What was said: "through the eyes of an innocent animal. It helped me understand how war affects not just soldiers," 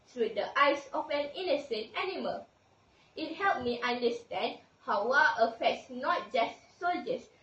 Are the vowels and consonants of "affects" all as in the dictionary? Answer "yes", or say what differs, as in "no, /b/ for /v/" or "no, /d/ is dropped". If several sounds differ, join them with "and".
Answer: yes